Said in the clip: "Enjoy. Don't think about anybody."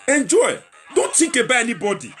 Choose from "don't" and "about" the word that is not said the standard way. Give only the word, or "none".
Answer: about